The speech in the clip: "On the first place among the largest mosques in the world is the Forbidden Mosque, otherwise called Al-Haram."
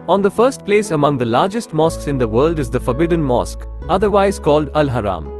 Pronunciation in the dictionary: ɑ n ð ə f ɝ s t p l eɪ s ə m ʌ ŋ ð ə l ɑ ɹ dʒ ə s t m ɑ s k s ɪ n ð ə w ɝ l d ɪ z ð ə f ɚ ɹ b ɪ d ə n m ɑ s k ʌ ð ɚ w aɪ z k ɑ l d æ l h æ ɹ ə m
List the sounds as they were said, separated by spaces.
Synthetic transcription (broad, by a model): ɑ n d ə f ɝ s t p l eɪ s ə m ʌ ŋ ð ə l ɑ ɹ dʒ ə s t m ɑ s k s ɪ n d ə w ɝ l d ɪ z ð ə f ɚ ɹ b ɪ d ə n m ɑ s k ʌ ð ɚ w aɪ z k ɑ l d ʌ l h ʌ ɹ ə m